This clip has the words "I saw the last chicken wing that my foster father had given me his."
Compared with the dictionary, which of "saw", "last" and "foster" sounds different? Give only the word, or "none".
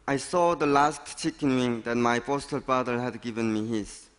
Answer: foster